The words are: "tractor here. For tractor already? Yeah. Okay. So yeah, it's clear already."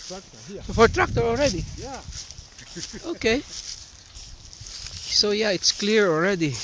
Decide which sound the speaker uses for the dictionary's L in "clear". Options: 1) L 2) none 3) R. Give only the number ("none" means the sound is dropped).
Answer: 1